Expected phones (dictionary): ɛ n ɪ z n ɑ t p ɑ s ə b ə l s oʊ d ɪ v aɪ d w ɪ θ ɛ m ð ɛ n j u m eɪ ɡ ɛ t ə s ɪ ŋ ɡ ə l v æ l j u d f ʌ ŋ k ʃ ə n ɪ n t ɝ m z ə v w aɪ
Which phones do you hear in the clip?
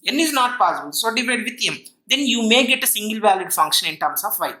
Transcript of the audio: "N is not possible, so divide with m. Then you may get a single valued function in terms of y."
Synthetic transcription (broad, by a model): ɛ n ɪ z n ɑ t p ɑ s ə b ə l s oʊ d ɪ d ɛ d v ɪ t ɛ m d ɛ n j u m eɪ ɡ ɛ t ə s ɪ ŋ ɡ ə l v æ l j u d f ʌ ŋ k ʃ ə n ɪ n t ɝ m s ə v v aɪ